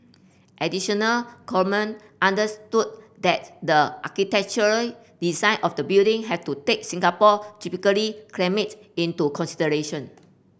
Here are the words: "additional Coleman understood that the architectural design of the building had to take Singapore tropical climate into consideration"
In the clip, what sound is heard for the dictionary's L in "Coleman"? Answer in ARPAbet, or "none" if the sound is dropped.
none